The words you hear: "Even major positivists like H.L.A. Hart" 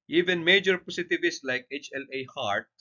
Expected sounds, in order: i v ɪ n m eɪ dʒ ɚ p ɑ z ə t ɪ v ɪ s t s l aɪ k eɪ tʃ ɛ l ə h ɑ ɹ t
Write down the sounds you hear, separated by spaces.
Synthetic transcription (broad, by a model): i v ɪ n m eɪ dʒ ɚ p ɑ s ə t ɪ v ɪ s s l aɪ k eɪ tʃ ɛ l ə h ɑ ɹ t